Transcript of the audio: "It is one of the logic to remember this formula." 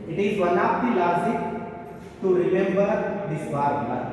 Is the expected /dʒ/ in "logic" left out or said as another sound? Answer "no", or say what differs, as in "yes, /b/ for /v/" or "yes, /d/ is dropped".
yes, /z/ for /dʒ/